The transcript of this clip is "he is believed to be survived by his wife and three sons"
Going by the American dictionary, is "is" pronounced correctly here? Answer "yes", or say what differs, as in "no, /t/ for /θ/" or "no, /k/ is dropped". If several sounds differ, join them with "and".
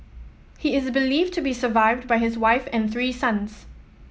yes